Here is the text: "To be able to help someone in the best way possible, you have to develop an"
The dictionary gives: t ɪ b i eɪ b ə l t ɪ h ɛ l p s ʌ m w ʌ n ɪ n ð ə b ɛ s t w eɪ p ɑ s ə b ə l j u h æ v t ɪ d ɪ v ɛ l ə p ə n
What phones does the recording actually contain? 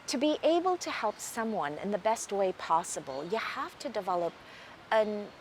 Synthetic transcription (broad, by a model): t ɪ b i eɪ b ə l t ɪ h ɛ l p s ʌ m w ʌ n ɪ n ð ə b ɛ s t w eɪ p ɑ s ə b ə l j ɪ h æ f t ɪ d ɪ v ɛ l ə p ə n